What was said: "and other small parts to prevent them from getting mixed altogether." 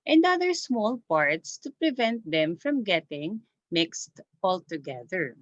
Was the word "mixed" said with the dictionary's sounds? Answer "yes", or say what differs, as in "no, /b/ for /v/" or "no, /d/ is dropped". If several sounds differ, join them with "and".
yes